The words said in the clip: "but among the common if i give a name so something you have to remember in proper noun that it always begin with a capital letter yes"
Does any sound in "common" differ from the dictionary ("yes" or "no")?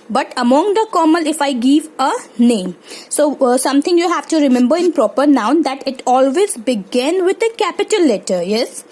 yes